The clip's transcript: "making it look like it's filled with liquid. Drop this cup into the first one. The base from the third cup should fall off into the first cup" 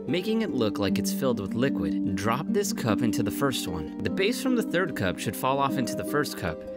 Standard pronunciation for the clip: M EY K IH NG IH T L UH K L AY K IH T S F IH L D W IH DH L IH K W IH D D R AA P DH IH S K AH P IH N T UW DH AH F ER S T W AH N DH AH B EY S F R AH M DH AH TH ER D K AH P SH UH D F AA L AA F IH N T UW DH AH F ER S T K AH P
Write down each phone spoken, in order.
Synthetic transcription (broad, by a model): M EY K IH NG IH T L UH K L AY K IH T S F IH L D W IH DH L IH K W IH D D R AA P DH IH S K AH P IH N T UW DH AH F ER S T W AH N DH AH B EY S F R AH M DH AH TH ER D K AH P SH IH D F AA L AA F IH N T UW DH AH F ER S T K AH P